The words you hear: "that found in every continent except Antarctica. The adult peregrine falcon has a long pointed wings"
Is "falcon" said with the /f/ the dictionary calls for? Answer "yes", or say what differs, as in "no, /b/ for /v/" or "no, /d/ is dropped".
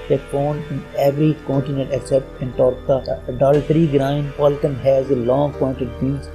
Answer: no, /p/ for /f/